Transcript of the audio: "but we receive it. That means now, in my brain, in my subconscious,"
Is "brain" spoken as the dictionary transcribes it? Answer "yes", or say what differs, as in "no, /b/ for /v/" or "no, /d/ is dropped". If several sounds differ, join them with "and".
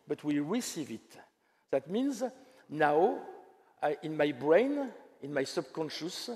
yes